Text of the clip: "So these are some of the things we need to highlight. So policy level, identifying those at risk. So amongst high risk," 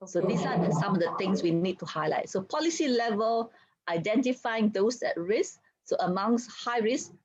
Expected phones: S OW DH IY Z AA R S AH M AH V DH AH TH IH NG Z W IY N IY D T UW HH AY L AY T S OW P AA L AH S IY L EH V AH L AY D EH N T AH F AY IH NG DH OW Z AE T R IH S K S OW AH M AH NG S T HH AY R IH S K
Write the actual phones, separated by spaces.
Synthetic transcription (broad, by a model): S OW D IY S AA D S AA M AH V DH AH T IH NG S W IY N IY D T UW HH AY L AY T S OW P AA L AH S IY L EH V AH L AY D EH N T AH F AY IH NG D OW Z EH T R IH S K S OW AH M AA NG S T HH AY R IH S